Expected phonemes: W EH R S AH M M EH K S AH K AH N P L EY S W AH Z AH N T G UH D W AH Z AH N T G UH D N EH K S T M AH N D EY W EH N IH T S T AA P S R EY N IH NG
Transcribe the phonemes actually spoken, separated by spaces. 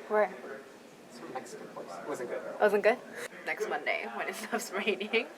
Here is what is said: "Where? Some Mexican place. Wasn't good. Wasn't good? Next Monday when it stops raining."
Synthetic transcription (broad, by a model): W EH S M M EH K S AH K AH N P AO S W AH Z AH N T G UH D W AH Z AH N G UH D N EH K S T M AH N D EY W EH N IH T S T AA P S R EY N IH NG